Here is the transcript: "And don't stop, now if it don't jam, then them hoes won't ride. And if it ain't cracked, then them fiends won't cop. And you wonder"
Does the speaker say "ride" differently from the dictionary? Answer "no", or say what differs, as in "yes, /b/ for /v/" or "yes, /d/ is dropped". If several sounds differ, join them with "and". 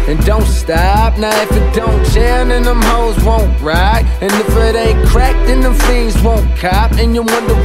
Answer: yes, /d/ is dropped